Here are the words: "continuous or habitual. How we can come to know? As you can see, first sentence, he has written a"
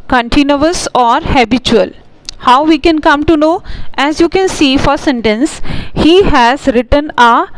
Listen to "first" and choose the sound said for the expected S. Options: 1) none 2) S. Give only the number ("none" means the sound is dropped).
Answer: 1